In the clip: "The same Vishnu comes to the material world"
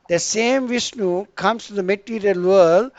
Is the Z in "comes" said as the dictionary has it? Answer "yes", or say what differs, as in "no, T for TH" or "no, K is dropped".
no, S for Z